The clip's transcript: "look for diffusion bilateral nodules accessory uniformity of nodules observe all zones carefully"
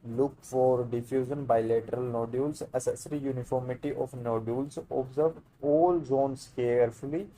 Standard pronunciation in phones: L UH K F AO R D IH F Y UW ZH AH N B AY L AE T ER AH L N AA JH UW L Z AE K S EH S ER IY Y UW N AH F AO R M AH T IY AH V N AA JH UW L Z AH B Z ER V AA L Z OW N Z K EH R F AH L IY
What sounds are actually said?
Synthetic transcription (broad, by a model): L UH K F AO R D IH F Y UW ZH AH N B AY L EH T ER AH L N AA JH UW L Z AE S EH S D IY Y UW N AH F AO R M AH T IY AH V N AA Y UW L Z AH B Z ER V AA L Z OW N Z K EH R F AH L IY